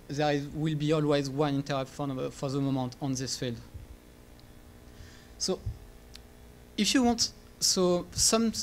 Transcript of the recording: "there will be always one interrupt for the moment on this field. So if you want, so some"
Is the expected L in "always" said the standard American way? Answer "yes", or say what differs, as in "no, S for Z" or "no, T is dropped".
yes